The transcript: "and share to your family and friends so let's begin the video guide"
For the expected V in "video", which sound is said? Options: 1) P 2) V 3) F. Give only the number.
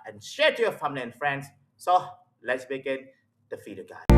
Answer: 3